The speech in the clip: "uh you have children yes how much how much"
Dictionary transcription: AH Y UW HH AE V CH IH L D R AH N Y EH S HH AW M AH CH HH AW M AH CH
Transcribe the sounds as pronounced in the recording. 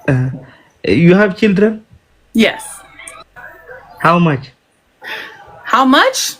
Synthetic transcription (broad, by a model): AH Y UW HH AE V CH IH L D R AH N Y EH S HH AW M AH CH HH AW M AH CH